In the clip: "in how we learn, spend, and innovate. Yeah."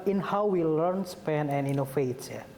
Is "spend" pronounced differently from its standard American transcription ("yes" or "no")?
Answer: yes